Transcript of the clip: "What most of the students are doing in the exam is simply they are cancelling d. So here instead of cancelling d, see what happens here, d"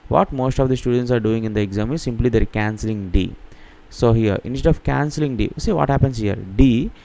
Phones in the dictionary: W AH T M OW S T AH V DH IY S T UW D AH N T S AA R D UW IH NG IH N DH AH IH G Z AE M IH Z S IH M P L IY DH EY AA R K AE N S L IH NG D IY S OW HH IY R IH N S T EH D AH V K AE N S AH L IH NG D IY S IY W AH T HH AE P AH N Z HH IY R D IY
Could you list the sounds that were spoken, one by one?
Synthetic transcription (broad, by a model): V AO T M OW S T AH V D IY S T UW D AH N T S AA R D UW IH NG IH N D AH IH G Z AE M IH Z S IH M P L IY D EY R K AE N S L IH NG D IY S OW HH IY R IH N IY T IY AH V K AE N S AH L IH NG D IY S IY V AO T HH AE P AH N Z HH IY R D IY